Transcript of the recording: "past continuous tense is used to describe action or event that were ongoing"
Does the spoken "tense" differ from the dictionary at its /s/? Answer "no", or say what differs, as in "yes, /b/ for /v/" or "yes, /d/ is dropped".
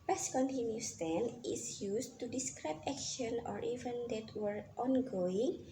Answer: yes, /s/ is dropped